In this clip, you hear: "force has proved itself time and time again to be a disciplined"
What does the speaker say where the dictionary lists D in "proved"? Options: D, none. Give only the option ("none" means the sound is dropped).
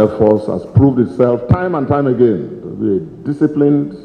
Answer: D